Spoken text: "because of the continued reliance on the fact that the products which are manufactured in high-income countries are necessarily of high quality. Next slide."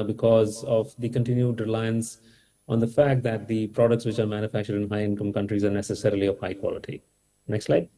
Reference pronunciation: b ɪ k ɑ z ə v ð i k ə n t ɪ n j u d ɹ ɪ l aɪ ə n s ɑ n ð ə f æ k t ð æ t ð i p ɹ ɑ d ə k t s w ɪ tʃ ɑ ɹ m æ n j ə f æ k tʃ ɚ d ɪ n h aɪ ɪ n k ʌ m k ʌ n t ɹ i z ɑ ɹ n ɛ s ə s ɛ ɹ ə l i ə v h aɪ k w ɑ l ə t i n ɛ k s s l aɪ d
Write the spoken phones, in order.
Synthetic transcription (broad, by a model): b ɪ k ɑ z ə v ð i k ə n t ɪ n j u d ɹ ɪ l aɪ ə n s ɑ n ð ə f æ k t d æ t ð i p ɹ ɑ d ə k t s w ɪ tʃ ɑ ɹ m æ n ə f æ k tʃ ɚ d ɪ n h aɪ ɪ n k ʌ m k ʌ n t ɹ i z ɑ ɹ n ɛ s ə s ɛ ɹ ə l i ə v h aɪ k w ɑ l ə t i n ɛ k s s l aɪ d